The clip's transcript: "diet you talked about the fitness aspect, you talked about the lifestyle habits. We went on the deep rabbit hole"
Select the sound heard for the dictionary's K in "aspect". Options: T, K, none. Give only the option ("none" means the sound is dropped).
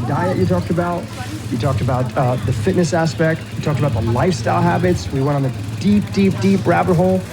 K